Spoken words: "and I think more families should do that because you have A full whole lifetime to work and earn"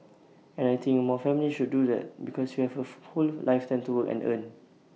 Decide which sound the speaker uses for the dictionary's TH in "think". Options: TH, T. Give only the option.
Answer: T